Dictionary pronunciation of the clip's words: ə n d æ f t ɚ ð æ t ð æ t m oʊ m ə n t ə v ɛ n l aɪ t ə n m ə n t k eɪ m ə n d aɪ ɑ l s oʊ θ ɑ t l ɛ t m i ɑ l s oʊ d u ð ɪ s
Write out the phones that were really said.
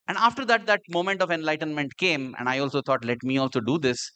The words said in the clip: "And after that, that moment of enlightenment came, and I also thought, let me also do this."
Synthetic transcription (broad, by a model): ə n d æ f t ɚ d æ t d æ t m oʊ m ə n t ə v ɛ n l aɪ t ə n m ə n t k eɪ m ə n d aɪ ɑ l s oʊ t ɑ t l ɛ t m i ɑ l s oʊ d u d ɪ s